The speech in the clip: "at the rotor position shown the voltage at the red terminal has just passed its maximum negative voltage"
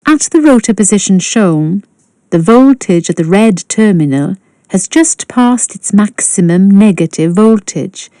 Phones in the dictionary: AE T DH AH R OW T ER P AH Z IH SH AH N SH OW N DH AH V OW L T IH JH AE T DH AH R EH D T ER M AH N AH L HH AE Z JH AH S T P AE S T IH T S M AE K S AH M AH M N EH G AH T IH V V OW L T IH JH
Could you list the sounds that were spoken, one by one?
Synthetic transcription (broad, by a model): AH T DH AH R OW T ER P AH Z IH SH AH N SH OW N DH AH V OW L T IH JH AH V DH AH R EH D T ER M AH N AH L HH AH Z JH AH S P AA S T IH T S M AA K S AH M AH M N EH G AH T IH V V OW L T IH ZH